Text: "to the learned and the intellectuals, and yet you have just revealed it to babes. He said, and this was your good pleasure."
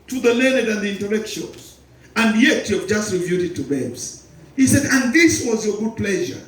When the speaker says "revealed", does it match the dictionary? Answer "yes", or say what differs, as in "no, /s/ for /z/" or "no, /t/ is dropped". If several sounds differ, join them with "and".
no, /l/ is dropped